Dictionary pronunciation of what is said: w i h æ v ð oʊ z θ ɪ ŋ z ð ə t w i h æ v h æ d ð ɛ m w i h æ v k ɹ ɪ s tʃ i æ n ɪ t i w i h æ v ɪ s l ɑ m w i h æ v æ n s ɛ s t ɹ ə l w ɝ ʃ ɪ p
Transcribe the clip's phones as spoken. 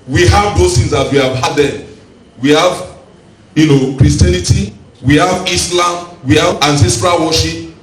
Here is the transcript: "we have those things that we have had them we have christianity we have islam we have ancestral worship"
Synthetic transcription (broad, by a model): w i h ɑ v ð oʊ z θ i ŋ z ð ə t w i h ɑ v h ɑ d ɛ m w i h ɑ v k ɹ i s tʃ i n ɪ t i w i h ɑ v ɪ s l ɑ m w i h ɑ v æ n s ɛ s t ɹ ə l w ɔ ʃ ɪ p